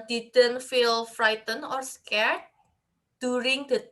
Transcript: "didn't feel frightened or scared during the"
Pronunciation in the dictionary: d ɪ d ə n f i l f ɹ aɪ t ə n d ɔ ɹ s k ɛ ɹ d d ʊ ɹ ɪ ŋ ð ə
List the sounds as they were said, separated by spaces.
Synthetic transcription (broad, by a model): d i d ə n f i l f ɹ aɪ t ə n ɔ ɹ s k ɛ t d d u ɹ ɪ ŋ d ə